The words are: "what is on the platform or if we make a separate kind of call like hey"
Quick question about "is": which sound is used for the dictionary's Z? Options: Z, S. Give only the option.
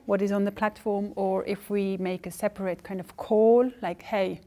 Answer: Z